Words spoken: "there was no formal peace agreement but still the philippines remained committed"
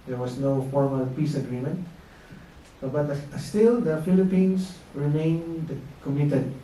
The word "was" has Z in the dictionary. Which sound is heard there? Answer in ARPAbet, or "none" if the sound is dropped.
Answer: S